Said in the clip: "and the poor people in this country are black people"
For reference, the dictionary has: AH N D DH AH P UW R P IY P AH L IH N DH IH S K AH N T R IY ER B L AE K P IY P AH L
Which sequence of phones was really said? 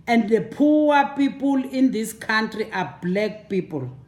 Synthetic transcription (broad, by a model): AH N D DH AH P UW W P IY P AH L IH N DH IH S K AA N T R IY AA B L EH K P IY P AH L